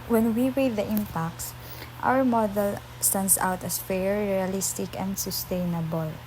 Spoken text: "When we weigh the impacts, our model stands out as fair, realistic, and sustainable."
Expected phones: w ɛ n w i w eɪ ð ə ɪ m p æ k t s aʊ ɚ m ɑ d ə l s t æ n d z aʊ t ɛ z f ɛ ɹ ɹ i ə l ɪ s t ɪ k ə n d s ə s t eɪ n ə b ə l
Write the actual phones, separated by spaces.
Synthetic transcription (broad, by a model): w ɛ n w i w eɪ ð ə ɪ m p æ k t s aʊ ɚ m ɑ d ə l s t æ n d s aʊ t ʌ s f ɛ ɹ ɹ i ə l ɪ s t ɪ k ə n d s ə s t eɪ n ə b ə l